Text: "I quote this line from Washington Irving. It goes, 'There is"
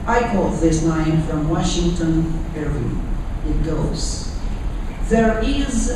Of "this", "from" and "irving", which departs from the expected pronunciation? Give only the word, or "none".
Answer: irving